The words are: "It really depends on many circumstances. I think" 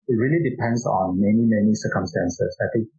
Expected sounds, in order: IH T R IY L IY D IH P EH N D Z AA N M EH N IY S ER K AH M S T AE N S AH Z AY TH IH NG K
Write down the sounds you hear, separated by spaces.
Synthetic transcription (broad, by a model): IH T R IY L IY D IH P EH N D S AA N M EH N IY S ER K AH M S T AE N S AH S AY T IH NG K